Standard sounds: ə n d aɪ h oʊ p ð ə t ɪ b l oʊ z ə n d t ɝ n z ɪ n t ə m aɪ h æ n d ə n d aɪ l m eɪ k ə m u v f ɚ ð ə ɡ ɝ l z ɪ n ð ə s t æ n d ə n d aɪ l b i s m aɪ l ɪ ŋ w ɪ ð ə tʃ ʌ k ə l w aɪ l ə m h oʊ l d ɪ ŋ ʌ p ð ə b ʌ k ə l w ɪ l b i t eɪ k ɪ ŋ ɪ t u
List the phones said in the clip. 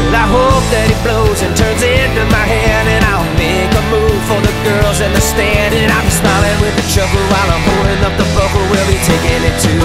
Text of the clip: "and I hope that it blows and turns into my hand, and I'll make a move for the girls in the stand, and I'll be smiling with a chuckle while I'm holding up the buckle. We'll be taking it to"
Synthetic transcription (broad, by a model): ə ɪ h oʊ p ð ə t ɪ b l oʊ z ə n t ɝ n z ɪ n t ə m aɪ h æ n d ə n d aɪ l m eɪ k ə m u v f ɚ ð ə ɡ ɝ l z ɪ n ð ə s t æ n d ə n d aɪ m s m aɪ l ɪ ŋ w ɪ ð ə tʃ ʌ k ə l w aɪ l ə m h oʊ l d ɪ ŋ ʌ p ð ə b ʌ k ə w ɪ l b i t eɪ k ɪ ŋ ɪ t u